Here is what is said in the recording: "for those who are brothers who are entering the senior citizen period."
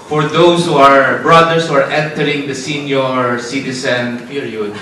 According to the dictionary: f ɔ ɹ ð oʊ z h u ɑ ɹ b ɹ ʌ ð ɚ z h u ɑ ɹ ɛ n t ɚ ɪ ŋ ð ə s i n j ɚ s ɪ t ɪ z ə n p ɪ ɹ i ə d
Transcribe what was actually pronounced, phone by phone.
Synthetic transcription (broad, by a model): f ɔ ɹ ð oʊ s h u ɑ ɹ b ɹ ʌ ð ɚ s h u ɑ ɹ ɛ n t ɚ ɪ ŋ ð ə s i n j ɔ s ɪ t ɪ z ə n p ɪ ɹ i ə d